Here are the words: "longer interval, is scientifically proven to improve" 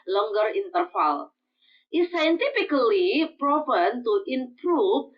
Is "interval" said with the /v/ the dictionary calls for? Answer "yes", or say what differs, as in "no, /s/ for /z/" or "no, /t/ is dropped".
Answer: no, /f/ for /v/